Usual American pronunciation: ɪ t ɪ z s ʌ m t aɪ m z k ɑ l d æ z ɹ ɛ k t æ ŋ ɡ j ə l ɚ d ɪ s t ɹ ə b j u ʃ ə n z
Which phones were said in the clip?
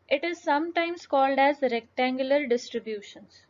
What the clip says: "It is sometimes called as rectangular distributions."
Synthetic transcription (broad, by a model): ɪ t ɪ z s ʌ m t aɪ m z k ɑ l d æ z ɹ ɛ k t æ ŋ ɡ j ə l ɚ d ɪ s t ɹ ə b j u ʃ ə n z